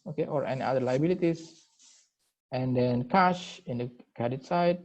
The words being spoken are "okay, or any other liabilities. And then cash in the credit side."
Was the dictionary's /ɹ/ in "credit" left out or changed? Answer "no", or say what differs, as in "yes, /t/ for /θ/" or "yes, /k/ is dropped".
yes, /ɹ/ is dropped